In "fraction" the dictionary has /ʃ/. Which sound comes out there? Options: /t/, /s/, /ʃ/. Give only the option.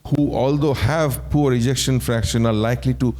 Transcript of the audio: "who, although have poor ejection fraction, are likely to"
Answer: /ʃ/